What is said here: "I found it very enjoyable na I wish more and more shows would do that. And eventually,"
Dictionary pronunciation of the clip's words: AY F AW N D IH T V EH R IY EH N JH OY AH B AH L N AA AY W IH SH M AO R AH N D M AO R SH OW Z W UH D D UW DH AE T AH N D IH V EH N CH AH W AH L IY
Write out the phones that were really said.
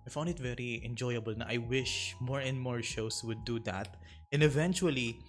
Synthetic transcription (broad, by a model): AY F AW N D IH T V EH R IY EH N JH OY AH B AH L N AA AY W IH SH M AO R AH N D M AO R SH OW S W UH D D UW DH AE T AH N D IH V EH N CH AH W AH L IY